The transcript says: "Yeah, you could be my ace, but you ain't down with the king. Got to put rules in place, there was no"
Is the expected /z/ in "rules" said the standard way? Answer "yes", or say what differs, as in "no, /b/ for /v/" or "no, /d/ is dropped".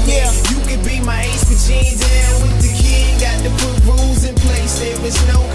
yes